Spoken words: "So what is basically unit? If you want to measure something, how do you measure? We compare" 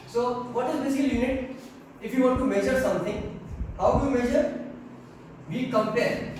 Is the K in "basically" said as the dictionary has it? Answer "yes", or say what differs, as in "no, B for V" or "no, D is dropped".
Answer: no, K is dropped